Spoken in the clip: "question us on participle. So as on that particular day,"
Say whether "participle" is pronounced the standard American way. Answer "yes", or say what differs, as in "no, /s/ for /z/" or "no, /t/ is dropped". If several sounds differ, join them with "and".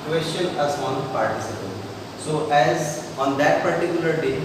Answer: no, /n/ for /l/